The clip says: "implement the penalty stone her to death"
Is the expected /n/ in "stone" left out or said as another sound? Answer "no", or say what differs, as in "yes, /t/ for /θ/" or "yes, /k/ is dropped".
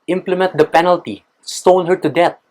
yes, /l/ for /n/